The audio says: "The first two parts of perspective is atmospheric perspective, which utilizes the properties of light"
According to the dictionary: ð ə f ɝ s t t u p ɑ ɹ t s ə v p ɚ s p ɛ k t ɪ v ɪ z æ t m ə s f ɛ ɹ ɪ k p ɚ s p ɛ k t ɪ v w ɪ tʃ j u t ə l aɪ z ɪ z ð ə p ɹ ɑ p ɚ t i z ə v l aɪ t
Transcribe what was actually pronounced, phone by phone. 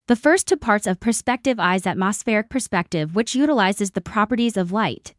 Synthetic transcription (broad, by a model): ð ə f ɝ s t t u p ɑ ɹ t s ə v p ɚ s p ɛ k t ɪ v ɪ z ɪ t m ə s f ɛ ɹ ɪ k p ɚ s p ɛ k t ɪ v w ɪ tʃ j u t ə l aɪ z ɪ z ð ə p ɹ ɑ p ɚ t i z ə v l aɪ t